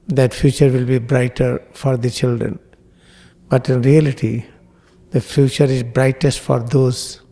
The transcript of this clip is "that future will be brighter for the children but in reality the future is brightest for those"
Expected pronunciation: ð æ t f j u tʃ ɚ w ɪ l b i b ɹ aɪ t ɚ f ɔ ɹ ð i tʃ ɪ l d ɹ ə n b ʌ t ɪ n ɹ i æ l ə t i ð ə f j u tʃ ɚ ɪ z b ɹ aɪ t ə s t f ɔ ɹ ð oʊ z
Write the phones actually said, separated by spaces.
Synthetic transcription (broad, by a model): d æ t f j u tʃ ɚ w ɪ l b i b ɹ aɪ t ɚ f ɔ ɹ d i tʃ ɪ l d ɹ ə n b ʌ t ɪ n ɹ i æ l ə t i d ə f j u tʃ ɚ ɪ z b ɹ aɪ t ə s t f ɔ ɹ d oʊ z